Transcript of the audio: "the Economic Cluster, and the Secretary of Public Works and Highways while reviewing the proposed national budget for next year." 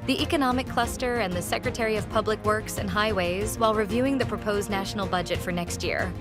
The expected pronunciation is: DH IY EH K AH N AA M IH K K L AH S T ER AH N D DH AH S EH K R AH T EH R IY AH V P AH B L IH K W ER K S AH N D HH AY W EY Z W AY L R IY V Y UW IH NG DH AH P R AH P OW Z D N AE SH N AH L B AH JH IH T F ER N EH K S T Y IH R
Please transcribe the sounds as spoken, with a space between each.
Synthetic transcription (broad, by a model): DH IY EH K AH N AA M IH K K L AH S T ER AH N DH AH S EH K R AH T EH R IY AH V P AH B L IH K W ER K S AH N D HH AY W EY Z W AY L R IY V Y UW IH NG DH AH P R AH P OW Z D N AE SH N L B AH JH IH T F ER N EH K S T Y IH R